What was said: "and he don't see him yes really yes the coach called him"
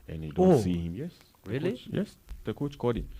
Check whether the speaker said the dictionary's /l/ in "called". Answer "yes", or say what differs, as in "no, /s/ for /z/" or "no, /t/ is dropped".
no, /l/ is dropped